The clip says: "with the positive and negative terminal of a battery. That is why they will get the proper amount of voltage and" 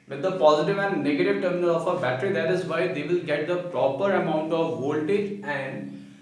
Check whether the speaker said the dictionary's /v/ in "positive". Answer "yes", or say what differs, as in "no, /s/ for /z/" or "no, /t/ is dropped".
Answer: yes